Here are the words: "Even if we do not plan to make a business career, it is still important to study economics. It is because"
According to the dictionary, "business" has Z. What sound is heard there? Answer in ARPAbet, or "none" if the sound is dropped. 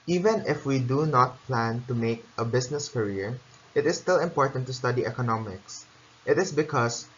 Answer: S